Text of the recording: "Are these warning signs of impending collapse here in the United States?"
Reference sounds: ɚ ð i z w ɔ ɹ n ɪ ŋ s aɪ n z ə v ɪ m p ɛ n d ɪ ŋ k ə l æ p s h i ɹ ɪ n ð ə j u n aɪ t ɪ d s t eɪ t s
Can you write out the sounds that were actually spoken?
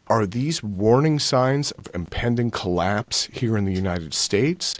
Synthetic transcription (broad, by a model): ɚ ð i z w ɔ ɹ n ɪ ŋ s aɪ n z ə v ɪ m p ɛ n d ɪ ŋ k ə l æ p s h i ɹ ɪ n ð ə j u n aɪ t ɪ d s t eɪ t s